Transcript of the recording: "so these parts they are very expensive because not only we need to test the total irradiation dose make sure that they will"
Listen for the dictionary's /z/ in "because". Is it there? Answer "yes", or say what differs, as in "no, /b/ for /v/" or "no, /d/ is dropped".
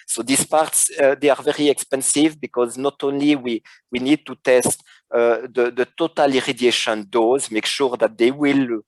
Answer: yes